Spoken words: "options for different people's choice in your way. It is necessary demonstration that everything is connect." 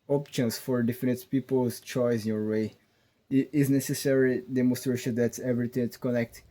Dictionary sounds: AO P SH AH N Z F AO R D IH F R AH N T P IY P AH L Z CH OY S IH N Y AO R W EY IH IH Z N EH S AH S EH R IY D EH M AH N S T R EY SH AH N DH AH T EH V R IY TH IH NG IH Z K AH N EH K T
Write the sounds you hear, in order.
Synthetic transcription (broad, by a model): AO P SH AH N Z F AO R D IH F AH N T P IY P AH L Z CH OY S IH N Y AO R W EY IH IH Z N EH S AH S EH R IY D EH M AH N S T R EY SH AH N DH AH T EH V R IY T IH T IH K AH N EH K T